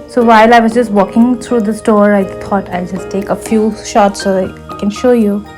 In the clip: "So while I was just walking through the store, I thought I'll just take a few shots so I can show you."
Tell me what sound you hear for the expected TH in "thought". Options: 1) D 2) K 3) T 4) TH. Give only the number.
3